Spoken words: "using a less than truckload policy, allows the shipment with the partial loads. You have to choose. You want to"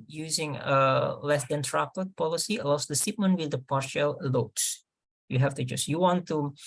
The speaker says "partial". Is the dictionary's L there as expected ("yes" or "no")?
yes